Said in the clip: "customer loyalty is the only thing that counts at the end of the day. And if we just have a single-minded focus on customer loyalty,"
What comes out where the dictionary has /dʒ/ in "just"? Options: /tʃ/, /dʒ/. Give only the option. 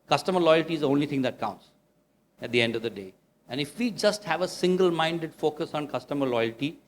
/dʒ/